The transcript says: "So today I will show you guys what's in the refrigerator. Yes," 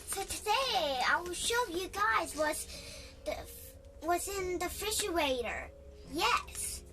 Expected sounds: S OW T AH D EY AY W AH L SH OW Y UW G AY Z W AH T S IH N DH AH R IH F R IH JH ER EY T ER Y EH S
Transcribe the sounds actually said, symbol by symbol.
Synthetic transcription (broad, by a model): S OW T AH D EY AY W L SH OW Y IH G AY Z W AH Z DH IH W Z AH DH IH F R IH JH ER EY T ER Y EH S